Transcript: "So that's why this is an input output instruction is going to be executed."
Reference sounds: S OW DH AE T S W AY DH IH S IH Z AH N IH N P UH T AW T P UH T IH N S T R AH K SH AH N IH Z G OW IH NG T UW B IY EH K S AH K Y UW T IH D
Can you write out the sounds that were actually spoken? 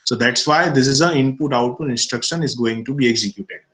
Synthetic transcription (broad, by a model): S OW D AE T S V AY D IH S IH Z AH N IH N P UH T AW T UW IH N S T R AH K SH AH N IH Z G OW IH NG T UW B IY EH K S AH K Y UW T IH D